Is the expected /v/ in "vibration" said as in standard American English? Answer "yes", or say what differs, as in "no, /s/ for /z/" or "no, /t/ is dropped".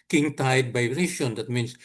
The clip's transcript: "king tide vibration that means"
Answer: no, /b/ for /v/